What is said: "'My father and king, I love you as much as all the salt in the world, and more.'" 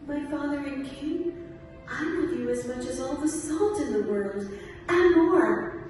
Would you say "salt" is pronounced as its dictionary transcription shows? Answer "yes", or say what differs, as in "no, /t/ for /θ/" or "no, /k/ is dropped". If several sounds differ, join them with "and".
yes